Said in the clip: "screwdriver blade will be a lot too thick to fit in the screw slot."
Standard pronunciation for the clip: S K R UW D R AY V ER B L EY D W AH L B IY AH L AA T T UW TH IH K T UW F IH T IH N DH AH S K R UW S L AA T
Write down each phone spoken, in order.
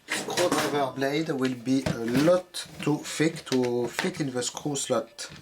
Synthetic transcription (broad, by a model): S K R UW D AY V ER B L EY D W AH L B IY AH L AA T T UW F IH K T UW F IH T IH N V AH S K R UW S L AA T